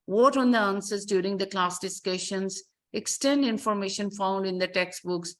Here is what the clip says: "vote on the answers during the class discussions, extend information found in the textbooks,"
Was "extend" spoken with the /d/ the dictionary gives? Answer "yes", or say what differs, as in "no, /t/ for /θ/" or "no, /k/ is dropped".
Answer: yes